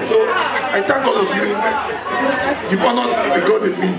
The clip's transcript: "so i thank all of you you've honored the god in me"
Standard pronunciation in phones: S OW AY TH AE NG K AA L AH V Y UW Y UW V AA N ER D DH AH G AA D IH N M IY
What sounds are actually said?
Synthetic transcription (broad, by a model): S OW AY T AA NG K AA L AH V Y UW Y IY P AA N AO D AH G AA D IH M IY